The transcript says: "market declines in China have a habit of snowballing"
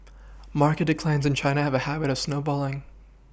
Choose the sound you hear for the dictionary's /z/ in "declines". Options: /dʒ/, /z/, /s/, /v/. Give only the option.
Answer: /z/